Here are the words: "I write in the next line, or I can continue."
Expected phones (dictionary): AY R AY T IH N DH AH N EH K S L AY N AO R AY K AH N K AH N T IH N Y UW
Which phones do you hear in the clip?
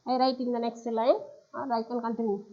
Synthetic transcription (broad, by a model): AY R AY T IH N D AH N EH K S L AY AO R AY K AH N K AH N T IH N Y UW